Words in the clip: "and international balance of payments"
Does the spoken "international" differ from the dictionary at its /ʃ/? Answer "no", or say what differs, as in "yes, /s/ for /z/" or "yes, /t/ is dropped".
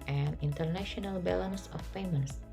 no